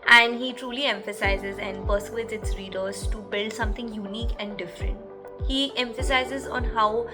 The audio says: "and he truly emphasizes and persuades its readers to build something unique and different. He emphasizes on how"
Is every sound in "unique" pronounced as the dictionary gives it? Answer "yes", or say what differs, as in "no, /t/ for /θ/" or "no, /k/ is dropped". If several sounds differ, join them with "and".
yes